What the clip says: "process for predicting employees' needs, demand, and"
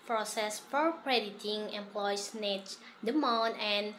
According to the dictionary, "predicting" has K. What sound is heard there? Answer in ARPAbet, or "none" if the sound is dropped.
none